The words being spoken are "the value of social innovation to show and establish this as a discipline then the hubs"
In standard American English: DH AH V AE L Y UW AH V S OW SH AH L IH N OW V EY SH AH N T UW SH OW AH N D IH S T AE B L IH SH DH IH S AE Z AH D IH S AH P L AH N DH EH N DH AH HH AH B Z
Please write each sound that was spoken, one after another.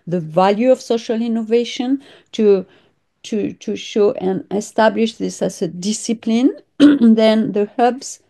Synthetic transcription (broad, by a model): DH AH V AE L Y UW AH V S OW SH AH L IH N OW V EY SH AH N T UW SH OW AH N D IH S T AE B L IH SH DH IH S AE Z AH D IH S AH P L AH N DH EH N DH AH HH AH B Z